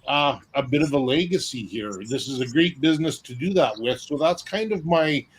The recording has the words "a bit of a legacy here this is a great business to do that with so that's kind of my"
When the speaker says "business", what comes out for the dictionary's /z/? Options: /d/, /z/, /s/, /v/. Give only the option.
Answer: /z/